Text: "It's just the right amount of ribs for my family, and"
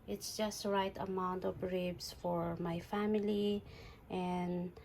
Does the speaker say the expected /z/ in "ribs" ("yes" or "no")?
no